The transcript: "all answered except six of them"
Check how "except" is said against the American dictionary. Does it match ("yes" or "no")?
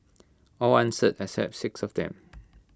no